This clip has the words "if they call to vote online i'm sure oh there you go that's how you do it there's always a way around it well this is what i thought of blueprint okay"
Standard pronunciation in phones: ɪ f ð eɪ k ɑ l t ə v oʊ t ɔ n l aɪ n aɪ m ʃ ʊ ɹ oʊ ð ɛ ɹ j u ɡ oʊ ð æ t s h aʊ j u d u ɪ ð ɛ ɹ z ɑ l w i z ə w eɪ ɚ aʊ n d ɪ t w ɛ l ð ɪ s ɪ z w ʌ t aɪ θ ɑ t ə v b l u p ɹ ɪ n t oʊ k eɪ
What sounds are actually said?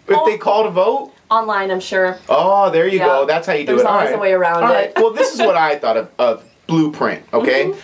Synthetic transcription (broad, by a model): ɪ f ð eɪ k ɑ l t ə v oʊ t ɔ n l aɪ n aɪ m ʃ ʊ ɹ oʊ ð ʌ ɹ j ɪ ɡ oʊ ð æ t s h aʊ j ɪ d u ɪ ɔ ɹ ɑ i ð ə w eɪ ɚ aʊ n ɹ ɪ t w ɛ l ð ɪ s ɪ z w ʌ t aɪ θ ɑ t ə v b l u p ɹ ɪ n t oʊ k eɪ